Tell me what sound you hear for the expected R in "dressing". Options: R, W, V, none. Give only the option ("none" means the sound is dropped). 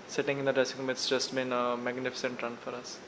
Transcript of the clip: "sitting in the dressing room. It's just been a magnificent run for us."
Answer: none